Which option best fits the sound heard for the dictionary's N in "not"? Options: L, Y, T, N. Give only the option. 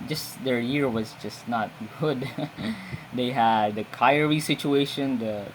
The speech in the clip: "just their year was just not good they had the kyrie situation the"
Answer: N